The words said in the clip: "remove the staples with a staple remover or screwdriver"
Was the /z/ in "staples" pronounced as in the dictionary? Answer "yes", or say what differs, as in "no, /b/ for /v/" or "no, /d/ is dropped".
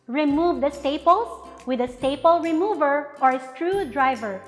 no, /s/ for /z/